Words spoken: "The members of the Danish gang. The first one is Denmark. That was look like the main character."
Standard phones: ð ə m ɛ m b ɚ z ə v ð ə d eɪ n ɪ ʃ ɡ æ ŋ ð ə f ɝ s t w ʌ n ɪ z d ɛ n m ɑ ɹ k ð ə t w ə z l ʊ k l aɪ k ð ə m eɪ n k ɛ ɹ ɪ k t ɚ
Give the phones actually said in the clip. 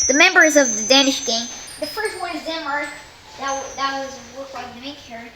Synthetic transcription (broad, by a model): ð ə m ɛ m b ɚ z ə v ð ə d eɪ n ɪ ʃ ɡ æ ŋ ð ə f ɝ s t w ʌ n ɪ z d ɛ m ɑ ɹ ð ð ə t w ə z w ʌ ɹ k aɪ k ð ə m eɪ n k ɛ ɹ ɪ